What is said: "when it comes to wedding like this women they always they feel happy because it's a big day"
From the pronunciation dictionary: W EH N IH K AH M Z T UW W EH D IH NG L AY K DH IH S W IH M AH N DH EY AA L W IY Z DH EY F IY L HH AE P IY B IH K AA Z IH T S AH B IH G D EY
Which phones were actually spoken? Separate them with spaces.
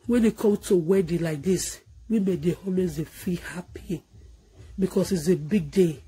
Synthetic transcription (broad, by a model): W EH N IH K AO M T UW W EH D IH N L AY K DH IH S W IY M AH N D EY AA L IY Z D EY F IY L HH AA P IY B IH K AA S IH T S AH B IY G D EY